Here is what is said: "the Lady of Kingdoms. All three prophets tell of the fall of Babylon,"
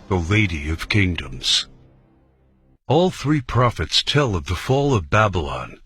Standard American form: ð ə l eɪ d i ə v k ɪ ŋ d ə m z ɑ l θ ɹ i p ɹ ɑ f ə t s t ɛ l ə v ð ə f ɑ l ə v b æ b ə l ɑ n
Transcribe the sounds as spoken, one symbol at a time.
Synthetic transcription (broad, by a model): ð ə l eɪ d i ə v k ɪ ŋ d ə m z ɑ l θ ɹ i p ɹ ɑ f ə t s t ɛ l ə v ð ə f ɑ l ə v b æ b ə l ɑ n